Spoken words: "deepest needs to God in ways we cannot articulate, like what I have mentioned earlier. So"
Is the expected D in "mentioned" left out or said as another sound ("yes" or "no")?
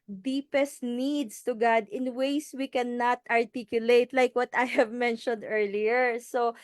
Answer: no